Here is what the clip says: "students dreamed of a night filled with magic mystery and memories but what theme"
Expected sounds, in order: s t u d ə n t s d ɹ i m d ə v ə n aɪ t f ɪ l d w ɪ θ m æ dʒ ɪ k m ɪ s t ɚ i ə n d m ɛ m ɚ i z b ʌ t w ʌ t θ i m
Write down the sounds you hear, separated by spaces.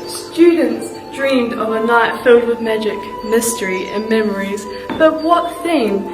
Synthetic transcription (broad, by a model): s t u d n t s d ɹ i m d ə v ə n aɪ t f ɪ l d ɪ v m æ dʒ ɪ k m ɪ s t ɚ i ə n m ɛ m ɚ i z b ʌ t w ʌ t θ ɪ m